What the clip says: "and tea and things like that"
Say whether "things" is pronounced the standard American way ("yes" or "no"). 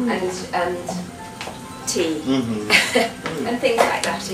yes